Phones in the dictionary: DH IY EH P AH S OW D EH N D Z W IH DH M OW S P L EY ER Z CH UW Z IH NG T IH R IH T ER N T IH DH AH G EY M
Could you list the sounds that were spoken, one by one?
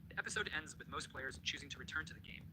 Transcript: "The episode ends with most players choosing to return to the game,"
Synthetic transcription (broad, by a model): DH IY EH P AH S OW D EH N D Z W IH DH M OW S P L EY ER Z CH UW Z IH NG T IH R IH T ER N T IH DH AH G EY M